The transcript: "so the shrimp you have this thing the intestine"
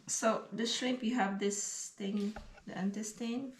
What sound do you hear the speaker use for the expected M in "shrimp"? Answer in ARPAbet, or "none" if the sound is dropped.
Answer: none